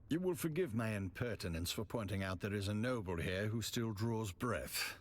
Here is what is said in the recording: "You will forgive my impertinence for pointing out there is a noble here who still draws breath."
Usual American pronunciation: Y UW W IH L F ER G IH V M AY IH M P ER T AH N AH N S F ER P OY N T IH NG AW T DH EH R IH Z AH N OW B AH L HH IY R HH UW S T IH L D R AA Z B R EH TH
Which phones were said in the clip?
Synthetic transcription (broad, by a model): Y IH W IH L F ER G IH V M AY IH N P ER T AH N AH N S F ER P OY N T IH NG AW T DH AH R IH Z AH N OW B AH L HH IY R HH UW S T IH L D R AA Z B R EH TH